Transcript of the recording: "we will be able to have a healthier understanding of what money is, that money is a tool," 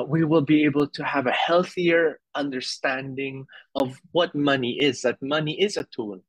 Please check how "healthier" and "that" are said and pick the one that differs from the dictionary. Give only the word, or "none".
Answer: none